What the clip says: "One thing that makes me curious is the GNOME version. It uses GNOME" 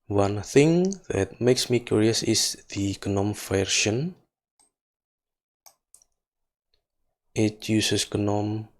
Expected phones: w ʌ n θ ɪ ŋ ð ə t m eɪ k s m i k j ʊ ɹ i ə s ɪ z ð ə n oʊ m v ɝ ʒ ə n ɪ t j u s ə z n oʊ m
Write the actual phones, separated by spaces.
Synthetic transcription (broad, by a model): w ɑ n θ ɪ ŋ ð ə t m eɪ k s m i k j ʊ ɹ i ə s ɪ s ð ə n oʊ m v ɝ ʃ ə n ɪ t j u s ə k n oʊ m